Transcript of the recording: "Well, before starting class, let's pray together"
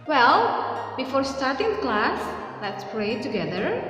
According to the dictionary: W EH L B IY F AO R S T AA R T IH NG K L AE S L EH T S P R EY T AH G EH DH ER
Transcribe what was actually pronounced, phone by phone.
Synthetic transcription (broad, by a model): W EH L B IY F AO R S T AA R T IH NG K L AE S L EH T S P R EY T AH G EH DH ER